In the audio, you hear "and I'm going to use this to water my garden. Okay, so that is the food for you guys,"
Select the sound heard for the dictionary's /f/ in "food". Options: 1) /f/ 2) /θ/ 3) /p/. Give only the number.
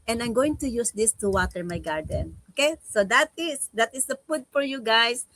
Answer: 3